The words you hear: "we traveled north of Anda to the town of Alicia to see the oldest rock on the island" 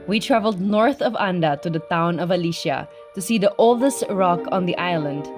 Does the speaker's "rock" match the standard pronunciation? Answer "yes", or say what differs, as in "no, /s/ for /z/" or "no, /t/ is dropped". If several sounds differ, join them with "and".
yes